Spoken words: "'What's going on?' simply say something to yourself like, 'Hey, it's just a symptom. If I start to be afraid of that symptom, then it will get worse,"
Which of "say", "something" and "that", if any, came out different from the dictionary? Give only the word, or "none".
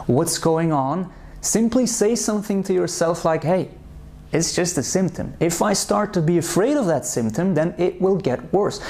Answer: none